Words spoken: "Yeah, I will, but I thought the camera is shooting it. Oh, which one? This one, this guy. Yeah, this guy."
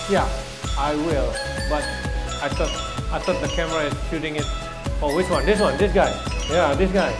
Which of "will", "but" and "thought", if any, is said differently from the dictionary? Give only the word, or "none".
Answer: thought